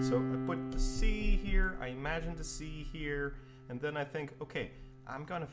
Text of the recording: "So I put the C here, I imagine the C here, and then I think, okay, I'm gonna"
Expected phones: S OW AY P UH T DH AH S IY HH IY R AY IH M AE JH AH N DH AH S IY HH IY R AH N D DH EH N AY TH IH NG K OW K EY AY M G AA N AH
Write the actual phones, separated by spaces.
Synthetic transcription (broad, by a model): S OW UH B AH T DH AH S IY HH IY R AY IH M AE JH AH N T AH S IY HH IY R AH N DH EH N AY TH IH NG K OW K EY AY M G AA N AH